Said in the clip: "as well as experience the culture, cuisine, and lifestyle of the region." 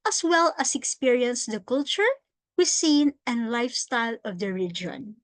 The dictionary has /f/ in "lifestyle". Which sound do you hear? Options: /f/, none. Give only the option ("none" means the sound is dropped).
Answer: /f/